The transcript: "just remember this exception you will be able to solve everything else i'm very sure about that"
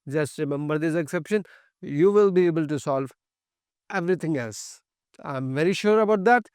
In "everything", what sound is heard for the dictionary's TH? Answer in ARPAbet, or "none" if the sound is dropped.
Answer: T